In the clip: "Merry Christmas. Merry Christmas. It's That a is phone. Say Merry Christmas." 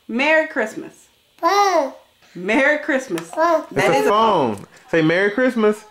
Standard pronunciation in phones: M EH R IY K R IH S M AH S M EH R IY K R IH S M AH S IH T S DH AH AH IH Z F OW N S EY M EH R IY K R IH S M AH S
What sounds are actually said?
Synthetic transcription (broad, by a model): M EH R IY K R IH S M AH S M EH R IY K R IH S M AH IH S DH AH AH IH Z F OW N S EY M EH R IY K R IH S M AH S